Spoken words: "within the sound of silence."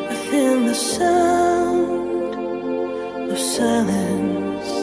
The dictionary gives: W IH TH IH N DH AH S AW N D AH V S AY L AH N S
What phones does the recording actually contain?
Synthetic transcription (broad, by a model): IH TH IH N DH AH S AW D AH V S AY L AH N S